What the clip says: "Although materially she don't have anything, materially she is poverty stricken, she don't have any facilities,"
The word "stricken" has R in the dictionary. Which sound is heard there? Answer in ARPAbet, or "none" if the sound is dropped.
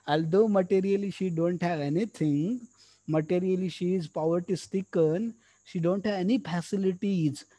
none